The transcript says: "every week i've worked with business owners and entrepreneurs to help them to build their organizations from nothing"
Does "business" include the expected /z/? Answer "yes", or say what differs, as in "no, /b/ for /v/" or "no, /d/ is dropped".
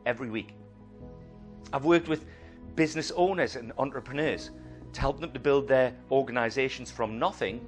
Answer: yes